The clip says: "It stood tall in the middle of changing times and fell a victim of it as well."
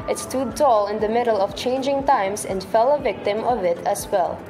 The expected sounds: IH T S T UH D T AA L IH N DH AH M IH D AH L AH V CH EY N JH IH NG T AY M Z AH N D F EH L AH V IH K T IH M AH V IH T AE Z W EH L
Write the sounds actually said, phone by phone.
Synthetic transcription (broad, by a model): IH T S T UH D T AA L IH N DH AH M IH D AH L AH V CH EY N JH IH NG T AY M S AH N D F EH L AH V IH K T IH M AH V IH T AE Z W EH L